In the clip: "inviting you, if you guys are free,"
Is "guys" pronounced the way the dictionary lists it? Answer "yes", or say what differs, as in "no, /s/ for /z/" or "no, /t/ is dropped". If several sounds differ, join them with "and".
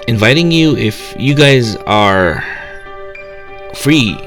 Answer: yes